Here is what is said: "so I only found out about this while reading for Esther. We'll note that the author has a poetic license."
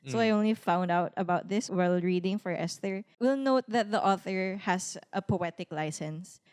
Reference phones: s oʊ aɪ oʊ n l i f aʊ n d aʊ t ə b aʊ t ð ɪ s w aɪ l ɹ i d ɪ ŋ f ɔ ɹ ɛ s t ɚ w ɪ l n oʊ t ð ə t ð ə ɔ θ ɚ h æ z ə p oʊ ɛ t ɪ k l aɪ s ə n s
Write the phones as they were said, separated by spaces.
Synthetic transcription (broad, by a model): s oʊ aɪ oʊ n l i f aʊ n d aʊ t ə b aʊ t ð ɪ s w aɪ l ɹ i d ɪ ŋ f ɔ ɹ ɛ s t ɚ w ɪ l n oʊ t ð ə t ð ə ɔ θ ɚ h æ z ə p oʊ ɛ t ɪ k l aɪ s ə n s